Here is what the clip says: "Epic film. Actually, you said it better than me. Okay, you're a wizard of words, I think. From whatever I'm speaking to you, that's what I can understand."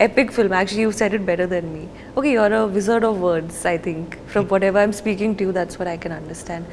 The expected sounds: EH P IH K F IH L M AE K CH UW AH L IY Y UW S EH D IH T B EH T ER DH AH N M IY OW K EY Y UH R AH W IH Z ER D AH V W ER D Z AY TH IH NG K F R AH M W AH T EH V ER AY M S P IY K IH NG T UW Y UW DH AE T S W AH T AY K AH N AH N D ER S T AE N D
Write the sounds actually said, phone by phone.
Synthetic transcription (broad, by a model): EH P IH K F IH L M AE K CH UW AH L IY Y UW S EH D IH T B EH T ER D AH N M IY OW K EY Y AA R AH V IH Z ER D AH V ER D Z AY T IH NG K F R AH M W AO T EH V ER AY M S P IY K IH NG T UW Y UW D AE T S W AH T AY K AH N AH N D ER S T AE N D